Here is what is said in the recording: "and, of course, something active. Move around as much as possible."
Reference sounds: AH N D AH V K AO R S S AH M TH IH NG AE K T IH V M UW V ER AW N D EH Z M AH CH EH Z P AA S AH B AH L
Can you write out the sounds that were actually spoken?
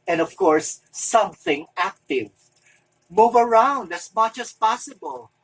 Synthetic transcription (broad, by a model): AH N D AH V K AO R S S AH M TH IH NG AE K T IH V M UW V ER AW N D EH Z M AH CH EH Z P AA S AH B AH L